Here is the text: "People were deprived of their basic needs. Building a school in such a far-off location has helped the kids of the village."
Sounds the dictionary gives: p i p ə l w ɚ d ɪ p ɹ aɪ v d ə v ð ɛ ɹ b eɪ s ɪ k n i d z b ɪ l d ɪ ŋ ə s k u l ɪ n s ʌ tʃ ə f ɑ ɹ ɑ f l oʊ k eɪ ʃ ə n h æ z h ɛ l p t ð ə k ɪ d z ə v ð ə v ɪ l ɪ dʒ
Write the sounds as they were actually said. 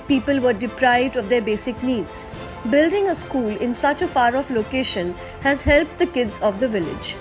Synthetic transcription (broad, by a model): p i p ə l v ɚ d ɪ p ɹ aɪ v d ə v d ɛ ɹ b eɪ s ɪ k n i d z b ɪ l d ɪ ŋ ə s k u l ɪ n s ʌ tʃ ə f ɑ ɹ ɑ f l oʊ k eɪ ʃ ə n h æ z h ɛ l p t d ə k ɪ d z ə v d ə v ɪ l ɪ dʒ